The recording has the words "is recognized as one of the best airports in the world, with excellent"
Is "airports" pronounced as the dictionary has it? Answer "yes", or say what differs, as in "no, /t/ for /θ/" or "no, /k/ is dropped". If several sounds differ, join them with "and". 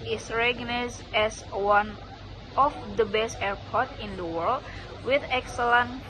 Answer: no, /s/ is dropped